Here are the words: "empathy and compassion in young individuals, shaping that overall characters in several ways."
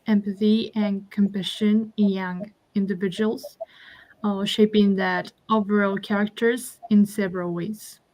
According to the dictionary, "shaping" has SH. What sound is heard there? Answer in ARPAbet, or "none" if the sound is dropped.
SH